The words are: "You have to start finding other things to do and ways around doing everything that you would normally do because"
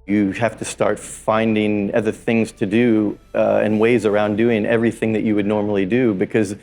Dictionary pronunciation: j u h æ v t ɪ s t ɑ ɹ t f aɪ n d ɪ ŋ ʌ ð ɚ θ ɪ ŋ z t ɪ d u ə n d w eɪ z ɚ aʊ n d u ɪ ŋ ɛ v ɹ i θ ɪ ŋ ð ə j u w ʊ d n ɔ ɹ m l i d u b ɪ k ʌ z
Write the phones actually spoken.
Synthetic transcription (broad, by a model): j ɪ h æ f t ɪ s t ɑ ɹ t f aɪ n d ɪ ŋ ʌ ð ɚ θ ɪ ŋ z t ɪ d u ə n w eɪ z ɚ aʊ n d u ɪ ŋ ɛ v ɹ i θ ɪ ŋ ð ə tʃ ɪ w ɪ d n ɔ ɹ m l i d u b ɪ k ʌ z